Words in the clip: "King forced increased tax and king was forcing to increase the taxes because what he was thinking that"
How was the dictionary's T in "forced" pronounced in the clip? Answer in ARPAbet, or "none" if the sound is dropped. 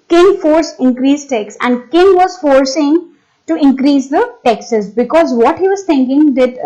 none